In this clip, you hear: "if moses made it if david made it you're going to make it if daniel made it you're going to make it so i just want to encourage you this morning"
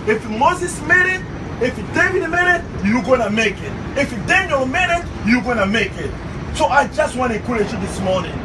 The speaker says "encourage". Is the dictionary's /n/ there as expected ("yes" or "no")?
no